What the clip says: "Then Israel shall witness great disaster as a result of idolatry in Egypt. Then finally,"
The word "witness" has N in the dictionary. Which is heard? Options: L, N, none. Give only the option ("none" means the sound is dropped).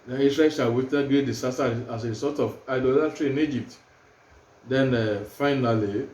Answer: none